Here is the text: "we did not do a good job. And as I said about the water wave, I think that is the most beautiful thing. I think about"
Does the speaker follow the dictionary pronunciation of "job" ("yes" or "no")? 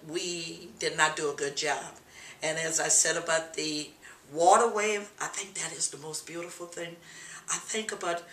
yes